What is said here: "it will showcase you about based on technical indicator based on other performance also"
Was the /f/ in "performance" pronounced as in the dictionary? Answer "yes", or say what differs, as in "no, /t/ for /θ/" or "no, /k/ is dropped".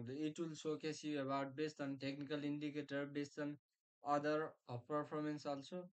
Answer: no, /p/ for /f/